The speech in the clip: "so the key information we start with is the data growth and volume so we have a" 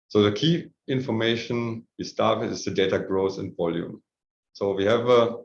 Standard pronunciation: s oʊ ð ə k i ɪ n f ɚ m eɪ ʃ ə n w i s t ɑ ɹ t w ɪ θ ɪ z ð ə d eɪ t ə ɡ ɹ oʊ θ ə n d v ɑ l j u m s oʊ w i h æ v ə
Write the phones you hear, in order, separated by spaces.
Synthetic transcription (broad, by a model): s oʊ ð ə k i ɪ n f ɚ m eɪ ʃ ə n w i s t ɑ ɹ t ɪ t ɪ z ð ə d eɪ t ə ɡ ɹ oʊ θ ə n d v ɑ l j u m s oʊ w i h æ v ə